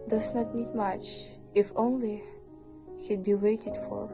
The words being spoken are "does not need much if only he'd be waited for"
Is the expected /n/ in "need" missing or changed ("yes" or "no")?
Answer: no